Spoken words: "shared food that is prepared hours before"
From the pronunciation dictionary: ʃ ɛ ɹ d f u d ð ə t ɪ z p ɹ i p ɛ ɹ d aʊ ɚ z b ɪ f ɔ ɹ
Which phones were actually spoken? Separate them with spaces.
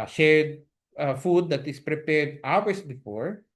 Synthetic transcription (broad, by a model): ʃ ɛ ɹ d f u d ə t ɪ s p ɹ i p ɛ ɹ d aʊ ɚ s b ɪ f ɔ ɹ